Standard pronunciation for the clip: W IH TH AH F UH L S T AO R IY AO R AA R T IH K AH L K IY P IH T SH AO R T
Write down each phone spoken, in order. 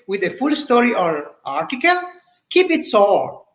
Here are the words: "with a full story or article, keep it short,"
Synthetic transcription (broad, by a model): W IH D AH F UH L S T AO R IY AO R AA R T IH K AH L K IY P IH T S AO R